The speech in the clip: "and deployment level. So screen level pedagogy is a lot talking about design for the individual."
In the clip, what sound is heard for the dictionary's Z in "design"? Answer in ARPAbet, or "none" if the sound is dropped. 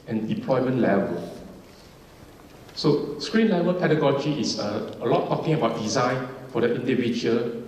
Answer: Z